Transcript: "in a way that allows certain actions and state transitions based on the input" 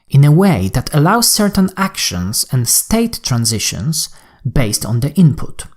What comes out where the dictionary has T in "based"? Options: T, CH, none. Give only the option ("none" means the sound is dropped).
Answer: T